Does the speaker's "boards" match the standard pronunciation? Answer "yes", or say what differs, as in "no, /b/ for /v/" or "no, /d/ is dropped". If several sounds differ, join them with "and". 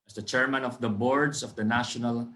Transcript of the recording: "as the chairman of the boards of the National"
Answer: no, /s/ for /z/